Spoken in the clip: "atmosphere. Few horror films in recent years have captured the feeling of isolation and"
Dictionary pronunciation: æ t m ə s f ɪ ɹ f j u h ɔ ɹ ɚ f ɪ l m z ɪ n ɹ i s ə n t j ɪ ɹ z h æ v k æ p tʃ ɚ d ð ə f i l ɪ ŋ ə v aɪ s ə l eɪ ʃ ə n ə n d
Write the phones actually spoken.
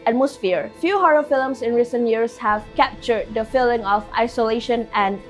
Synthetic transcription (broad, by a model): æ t m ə s f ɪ ɹ f j u h ɔ ɹ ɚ f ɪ l m s ɪ n ɹ i s ə n t j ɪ ɹ s h æ v k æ p tʃ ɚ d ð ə f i l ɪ ŋ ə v aɪ s ə l eɪ ʃ ə n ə n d